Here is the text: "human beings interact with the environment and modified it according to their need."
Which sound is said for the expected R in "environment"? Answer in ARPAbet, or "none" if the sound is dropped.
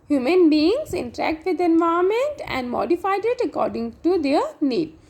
none